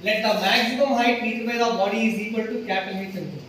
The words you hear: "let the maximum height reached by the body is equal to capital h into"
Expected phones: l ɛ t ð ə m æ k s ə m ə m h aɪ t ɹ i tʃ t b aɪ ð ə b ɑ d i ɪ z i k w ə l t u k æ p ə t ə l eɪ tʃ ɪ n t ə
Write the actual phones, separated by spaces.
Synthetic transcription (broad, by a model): l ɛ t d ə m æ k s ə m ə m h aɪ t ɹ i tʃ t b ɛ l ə b ɑ d i ɪ z i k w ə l t u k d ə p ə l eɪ s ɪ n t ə